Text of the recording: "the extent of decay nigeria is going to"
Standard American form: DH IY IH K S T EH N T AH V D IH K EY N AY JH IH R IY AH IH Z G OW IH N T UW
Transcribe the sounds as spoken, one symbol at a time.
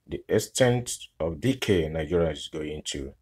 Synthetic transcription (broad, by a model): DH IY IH S T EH N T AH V D IH K EY N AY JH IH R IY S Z G OW IH N T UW